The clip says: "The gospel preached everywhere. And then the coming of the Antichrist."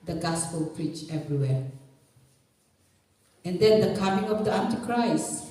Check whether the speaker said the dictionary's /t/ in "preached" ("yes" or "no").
no